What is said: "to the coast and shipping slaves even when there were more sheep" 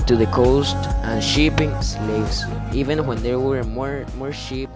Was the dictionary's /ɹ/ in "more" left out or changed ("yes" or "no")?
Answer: no